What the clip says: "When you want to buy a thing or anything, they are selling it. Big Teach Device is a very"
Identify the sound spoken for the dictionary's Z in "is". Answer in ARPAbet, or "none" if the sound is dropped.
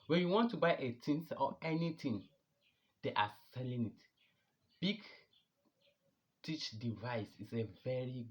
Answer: S